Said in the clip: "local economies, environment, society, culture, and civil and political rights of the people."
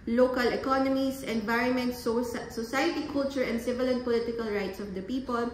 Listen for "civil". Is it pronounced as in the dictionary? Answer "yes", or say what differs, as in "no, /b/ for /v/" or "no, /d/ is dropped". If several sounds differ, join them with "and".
yes